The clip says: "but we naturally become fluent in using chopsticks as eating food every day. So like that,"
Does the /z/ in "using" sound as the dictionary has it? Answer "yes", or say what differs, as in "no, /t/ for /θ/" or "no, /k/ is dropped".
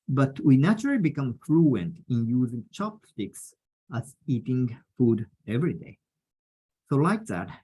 yes